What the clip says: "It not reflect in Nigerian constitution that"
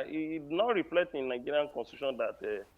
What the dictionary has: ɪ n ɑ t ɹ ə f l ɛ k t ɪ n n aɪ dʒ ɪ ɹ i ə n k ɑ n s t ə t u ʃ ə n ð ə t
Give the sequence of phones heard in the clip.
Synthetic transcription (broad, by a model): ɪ n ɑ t ɹ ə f l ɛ t ɪ n n aɪ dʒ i ɹ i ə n k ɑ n s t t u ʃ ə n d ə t